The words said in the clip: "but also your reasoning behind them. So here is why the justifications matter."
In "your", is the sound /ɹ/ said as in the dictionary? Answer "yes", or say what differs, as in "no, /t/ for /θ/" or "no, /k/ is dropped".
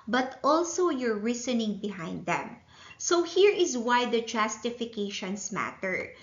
yes